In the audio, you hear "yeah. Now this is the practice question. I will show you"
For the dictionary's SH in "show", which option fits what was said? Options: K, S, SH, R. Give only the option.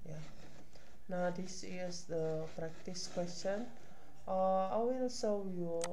S